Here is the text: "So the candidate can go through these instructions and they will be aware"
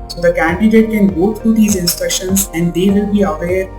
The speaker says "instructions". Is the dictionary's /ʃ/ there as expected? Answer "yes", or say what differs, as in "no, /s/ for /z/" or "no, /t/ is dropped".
yes